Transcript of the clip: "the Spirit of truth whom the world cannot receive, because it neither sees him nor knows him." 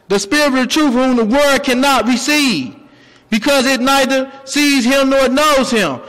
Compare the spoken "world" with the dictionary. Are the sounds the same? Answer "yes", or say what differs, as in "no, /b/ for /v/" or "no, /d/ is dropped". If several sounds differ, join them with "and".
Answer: no, /l/ is dropped